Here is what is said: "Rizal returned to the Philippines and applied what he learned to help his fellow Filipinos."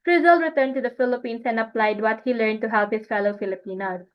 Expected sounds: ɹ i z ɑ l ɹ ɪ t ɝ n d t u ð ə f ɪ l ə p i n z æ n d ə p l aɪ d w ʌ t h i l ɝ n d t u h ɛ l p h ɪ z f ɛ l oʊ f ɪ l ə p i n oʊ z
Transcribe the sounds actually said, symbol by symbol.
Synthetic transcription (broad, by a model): ɹ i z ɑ l ɹ ɪ t ɝ n d t u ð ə f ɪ l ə p i n s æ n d ə p l aɪ d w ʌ t h i l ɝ n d t u h ɛ l p h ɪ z f ɛ l oʊ f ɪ l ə p i n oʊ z